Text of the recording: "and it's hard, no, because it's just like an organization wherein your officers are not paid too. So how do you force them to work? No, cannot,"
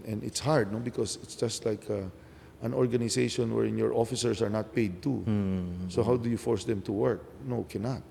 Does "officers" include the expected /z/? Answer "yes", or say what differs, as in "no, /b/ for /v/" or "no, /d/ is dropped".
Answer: no, /s/ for /z/